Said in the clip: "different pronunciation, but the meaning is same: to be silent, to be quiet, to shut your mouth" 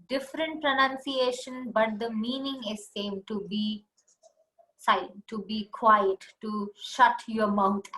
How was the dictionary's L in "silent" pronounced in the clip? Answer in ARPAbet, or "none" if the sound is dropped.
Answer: none